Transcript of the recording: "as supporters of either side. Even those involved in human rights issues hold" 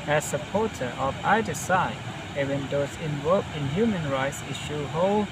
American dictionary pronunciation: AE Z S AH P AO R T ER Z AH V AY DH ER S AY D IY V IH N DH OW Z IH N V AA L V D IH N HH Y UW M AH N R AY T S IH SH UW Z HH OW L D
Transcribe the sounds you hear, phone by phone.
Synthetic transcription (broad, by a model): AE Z S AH P AO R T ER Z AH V AY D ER S AY EH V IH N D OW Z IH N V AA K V IH N HH Y UW M AH N R AY T S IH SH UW HH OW L